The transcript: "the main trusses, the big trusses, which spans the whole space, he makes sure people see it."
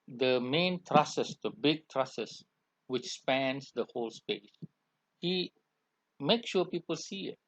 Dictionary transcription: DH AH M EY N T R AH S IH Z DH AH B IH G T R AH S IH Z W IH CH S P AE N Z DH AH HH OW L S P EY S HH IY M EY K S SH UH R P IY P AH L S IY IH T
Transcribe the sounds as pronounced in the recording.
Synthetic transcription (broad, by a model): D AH M EY N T R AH S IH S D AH B IH G T R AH S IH S W IH CH S P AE N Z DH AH HH OW L S P EY S HH IY M EY K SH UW P IY P AH L S IY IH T